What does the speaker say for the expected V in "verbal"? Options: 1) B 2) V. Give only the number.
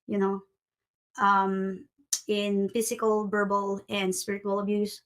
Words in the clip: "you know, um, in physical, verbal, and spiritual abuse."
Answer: 1